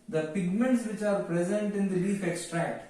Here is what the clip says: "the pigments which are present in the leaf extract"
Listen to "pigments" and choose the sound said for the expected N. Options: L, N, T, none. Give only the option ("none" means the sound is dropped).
N